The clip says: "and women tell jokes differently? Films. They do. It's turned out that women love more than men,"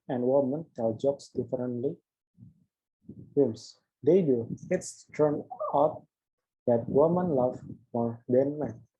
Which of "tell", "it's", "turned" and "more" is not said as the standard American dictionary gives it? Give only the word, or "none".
turned